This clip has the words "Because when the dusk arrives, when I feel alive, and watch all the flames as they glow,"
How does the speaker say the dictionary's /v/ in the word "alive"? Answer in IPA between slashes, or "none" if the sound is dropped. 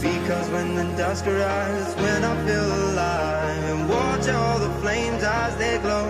none